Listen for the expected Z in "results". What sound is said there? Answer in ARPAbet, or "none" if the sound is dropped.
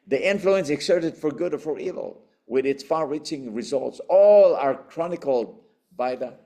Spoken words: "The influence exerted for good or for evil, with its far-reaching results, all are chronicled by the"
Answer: Z